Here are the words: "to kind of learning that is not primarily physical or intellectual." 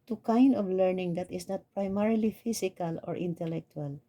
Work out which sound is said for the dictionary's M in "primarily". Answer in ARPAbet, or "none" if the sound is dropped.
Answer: M